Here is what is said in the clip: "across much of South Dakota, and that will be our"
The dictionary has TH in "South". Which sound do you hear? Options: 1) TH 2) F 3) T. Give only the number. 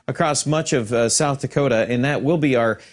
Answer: 1